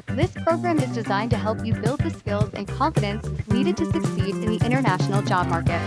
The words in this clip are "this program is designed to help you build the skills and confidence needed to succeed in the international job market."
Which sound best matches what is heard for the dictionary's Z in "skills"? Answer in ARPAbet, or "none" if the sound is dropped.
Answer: Z